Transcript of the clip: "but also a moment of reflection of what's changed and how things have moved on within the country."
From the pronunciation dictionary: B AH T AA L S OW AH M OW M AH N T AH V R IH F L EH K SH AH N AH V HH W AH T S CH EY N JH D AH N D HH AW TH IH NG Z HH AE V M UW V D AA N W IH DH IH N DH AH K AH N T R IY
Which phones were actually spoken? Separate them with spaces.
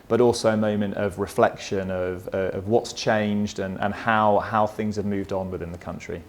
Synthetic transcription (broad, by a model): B AH T AA L S OW AH M OW M AH N T AH V R IH F L EH K SH AH N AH V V W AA T S CH EY N JH D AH N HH HH AW TH IH NG Z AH V M UW V D N W IH DH IH N DH AH K AH N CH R IY